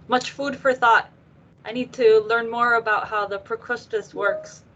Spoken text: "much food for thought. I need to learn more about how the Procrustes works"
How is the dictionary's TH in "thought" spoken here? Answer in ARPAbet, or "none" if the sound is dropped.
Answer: TH